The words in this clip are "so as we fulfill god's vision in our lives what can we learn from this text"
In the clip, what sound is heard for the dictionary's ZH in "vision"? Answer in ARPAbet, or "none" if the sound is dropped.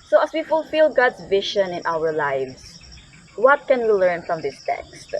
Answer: SH